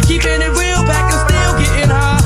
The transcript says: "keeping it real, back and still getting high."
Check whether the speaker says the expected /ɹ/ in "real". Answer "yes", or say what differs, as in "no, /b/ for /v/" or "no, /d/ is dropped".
no, /w/ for /ɹ/